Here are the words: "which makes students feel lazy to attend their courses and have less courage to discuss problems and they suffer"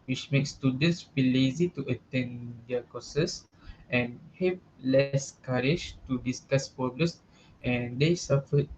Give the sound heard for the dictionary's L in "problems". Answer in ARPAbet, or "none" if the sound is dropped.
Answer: none